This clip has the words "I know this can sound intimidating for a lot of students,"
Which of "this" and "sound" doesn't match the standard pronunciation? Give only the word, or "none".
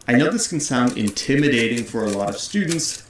none